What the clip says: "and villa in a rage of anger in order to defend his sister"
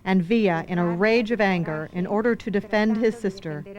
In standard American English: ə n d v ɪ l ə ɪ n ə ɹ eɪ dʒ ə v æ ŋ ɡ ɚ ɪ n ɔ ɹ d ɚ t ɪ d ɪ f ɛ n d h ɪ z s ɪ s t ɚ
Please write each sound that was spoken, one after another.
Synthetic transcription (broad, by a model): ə n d v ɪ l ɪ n ə ɹ eɪ dʒ ə v æ ŋ ɡ ɚ ɪ n ɔ ɹ d ɚ t ɪ d ɪ f ɛ n d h ɪ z s ɪ s t ɚ